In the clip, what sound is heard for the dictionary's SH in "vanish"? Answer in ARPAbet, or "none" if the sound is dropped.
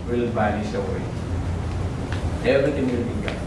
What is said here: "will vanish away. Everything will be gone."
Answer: S